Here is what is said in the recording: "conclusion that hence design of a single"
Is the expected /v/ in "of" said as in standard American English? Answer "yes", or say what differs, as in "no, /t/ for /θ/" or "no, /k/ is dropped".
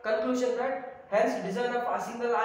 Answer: no, /p/ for /v/